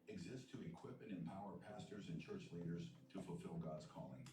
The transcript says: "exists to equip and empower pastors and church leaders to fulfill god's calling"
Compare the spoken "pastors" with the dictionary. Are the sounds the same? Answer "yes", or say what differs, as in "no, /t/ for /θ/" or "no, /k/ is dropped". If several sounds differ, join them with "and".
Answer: yes